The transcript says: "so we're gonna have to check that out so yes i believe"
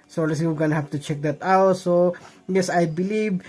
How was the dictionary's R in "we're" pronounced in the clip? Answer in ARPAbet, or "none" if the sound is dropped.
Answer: W